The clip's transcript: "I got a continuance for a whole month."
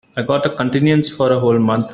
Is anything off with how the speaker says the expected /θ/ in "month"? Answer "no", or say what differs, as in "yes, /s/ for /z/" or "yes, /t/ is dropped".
yes, /t/ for /θ/